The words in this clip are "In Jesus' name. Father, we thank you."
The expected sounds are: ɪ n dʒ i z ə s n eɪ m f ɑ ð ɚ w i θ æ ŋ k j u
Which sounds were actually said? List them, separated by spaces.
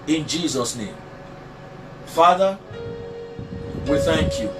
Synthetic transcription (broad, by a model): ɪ n dʒ i z ə s n eɪ m f ɑ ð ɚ w i θ æ ŋ k j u